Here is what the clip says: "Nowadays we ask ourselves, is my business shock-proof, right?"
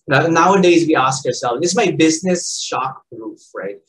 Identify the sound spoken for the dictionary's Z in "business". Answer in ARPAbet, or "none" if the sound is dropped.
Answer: Z